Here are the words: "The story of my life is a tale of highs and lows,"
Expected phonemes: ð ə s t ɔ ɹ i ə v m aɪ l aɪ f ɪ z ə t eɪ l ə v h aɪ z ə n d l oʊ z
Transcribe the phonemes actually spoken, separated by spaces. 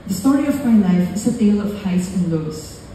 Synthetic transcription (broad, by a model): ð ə s t ɔ ɹ i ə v m aɪ l aɪ f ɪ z ə t eɪ l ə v h aɪ s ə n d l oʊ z